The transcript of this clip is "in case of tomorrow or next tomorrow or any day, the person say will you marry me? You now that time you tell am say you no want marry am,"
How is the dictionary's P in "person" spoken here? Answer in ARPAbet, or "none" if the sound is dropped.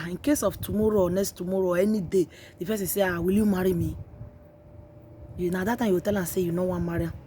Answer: F